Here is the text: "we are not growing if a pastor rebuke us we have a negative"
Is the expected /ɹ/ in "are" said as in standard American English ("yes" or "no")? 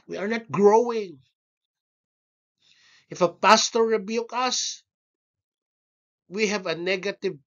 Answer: yes